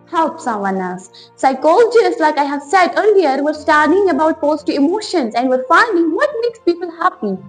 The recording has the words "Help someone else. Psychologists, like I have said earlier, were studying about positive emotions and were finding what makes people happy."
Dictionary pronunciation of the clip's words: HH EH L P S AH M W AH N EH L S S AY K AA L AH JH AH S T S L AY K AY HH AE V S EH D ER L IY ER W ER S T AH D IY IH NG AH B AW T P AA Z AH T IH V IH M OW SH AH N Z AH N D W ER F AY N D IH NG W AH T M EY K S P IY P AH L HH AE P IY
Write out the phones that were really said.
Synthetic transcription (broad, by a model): HH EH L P S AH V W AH N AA S S AY K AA L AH JH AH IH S L AY K AY HH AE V S EH D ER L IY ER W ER S T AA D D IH NG AH B AW T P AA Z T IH IH M OW SH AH N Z AH N D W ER F AY N D IH NG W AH T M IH K S P IY P AH L HH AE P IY